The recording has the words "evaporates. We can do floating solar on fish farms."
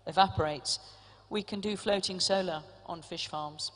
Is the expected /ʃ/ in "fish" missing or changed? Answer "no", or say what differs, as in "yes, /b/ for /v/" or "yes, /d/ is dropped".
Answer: no